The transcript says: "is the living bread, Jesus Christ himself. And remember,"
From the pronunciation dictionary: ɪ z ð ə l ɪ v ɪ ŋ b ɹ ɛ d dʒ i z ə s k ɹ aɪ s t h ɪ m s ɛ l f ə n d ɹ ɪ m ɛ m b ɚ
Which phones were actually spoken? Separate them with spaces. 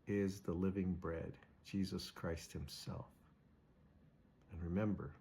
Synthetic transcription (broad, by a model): ɪ z ð ə l ɪ v ɪ ŋ b ɹ ɛ d dʒ i z ə s k ɹ aɪ s t h ɪ m s ɛ l f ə n ɹ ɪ m ɛ m b ɚ